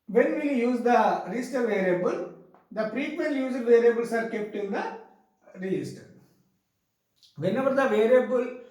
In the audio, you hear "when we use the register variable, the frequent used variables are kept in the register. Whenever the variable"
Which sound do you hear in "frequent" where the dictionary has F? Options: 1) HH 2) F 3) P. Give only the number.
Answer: 3